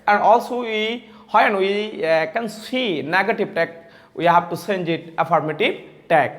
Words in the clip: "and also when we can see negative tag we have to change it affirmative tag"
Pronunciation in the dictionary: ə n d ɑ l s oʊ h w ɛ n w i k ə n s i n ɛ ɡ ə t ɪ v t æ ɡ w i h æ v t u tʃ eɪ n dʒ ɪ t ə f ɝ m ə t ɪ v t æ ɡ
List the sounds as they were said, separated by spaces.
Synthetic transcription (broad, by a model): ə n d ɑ l s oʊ h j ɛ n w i k ə n s i n ɛ ɡ ə t ɪ v t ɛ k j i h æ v t u s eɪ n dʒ ɪ t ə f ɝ m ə t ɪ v t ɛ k